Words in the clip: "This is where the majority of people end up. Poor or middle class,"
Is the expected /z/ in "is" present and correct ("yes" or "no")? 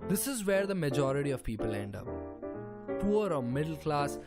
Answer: yes